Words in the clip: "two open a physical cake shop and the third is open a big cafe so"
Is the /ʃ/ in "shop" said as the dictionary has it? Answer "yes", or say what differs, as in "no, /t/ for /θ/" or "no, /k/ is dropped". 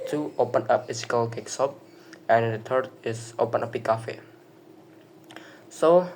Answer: no, /s/ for /ʃ/